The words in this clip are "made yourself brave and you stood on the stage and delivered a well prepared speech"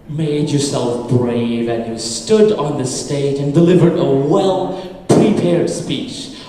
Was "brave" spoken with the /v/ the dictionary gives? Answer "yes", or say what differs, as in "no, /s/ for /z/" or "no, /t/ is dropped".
yes